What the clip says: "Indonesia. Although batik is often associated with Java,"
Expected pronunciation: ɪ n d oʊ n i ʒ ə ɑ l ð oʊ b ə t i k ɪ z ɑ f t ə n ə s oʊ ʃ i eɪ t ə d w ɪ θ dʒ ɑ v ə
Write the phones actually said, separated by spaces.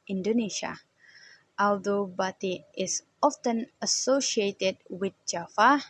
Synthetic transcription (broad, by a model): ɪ n d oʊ n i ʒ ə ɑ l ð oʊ b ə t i ɪ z ɑ f t ə n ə s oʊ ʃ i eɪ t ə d w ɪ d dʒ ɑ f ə